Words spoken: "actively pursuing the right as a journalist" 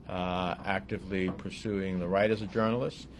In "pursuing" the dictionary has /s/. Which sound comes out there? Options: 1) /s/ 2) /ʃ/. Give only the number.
1